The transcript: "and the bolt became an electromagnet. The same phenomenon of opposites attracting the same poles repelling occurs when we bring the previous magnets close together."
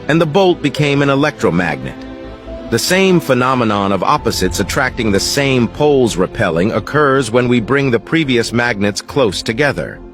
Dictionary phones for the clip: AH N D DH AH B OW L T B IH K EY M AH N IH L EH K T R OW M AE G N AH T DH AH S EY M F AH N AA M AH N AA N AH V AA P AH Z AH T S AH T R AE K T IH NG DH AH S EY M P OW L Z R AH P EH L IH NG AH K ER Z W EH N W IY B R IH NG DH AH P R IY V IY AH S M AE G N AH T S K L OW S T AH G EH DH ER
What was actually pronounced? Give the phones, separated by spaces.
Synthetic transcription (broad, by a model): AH N DH AH B OW L T B IH K EY M AH N IH L EH K T R OW M AE G N AH T DH AH S EY M F AH N AA M AH N AA N AH V AA P AH Z AH T S AH T R AE K T IH NG DH AH S EY M P OW L Z R AH P EH L IH NG AH K ER Z W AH N W IY B R IH NG DH AH P R IY V IY AH S M AE G N AH T S K L OW S T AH G EH DH ER